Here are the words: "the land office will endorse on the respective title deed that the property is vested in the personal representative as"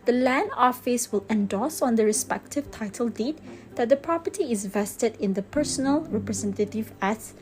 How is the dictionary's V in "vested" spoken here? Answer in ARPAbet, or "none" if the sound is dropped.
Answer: V